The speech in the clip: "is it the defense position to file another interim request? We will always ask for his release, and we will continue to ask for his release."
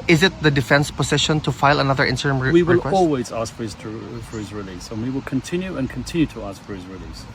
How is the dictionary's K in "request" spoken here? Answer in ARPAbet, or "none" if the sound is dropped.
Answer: none